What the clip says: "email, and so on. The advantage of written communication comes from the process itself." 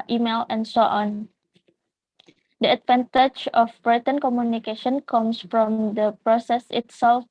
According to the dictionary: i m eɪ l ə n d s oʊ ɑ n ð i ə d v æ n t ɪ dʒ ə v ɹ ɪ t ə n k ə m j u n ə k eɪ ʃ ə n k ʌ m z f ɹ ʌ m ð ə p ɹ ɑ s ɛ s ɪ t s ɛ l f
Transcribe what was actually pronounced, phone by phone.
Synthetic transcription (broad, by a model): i m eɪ l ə n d s oʊ ɑ n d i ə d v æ n t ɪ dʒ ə b ɹ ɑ t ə n k ə m j u n ə k eɪ ʃ ə n k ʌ m s f ɹ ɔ m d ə p ɹ ɑ s ɛ s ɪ t s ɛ l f